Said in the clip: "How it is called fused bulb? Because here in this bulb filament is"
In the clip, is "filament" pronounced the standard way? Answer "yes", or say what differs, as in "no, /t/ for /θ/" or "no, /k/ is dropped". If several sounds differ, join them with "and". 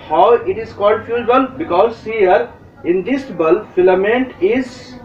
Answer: yes